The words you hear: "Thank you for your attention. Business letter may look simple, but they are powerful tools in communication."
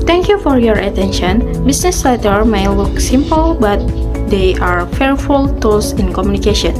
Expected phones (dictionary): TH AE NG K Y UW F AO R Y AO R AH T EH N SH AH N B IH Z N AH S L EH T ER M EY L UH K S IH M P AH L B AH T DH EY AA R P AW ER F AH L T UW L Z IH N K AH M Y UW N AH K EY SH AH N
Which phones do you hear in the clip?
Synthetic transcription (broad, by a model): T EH NG K Y UW F AO R Y AO R AH T EH N SH AH N B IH S N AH S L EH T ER M EY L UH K S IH M P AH L B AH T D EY AA R F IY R F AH L T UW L S IH N K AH M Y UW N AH K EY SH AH N